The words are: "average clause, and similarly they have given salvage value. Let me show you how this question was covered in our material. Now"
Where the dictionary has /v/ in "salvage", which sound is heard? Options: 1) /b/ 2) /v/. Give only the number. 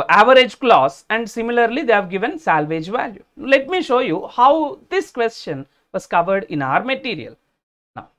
2